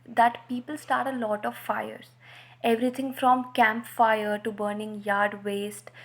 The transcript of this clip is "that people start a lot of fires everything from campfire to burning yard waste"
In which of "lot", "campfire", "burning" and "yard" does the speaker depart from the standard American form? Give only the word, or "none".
none